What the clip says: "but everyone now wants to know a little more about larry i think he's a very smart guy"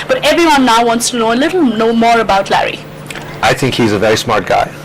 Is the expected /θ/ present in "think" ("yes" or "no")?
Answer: yes